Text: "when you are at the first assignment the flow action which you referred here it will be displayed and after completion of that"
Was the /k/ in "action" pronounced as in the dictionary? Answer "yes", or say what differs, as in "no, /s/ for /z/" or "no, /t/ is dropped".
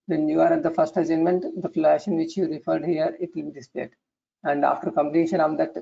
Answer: no, /k/ is dropped